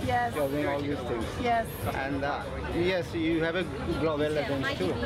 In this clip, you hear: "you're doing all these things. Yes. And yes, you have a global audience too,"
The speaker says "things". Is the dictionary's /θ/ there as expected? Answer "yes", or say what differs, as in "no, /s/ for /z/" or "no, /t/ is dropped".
no, /t/ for /θ/